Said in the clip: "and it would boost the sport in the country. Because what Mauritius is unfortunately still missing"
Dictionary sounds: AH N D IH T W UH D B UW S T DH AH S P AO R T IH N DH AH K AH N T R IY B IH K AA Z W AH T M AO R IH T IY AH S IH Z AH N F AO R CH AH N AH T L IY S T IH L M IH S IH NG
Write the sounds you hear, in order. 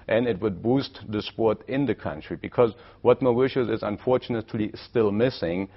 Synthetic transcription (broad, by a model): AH N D IH T W UH D B UW S T DH AH S P AO R T IH N DH AH K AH N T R IY B IH K AA Z W AH T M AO W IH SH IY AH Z IH Z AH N F AO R CH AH N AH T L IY S T IH L M IH S IH NG